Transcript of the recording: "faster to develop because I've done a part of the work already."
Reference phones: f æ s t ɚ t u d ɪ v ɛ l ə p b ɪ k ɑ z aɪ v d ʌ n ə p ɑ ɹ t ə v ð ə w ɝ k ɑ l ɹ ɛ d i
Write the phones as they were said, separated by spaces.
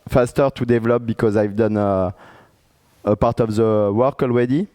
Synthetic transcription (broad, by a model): f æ s t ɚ t u d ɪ v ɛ l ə p b ɪ k ɑ z aɪ v d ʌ n ə p ɑ ɹ t ə v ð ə w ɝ k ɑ l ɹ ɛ d i